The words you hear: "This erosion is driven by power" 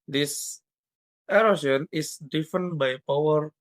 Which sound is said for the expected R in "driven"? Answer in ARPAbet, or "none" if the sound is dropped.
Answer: none